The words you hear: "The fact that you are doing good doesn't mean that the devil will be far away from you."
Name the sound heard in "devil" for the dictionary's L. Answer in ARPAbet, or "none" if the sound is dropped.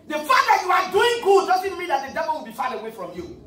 L